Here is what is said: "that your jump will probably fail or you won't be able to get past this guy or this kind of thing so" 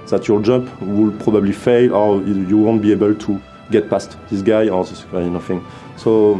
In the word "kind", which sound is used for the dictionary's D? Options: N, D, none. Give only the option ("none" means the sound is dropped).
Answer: none